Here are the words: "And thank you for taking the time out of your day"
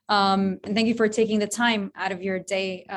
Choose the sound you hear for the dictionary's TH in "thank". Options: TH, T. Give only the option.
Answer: TH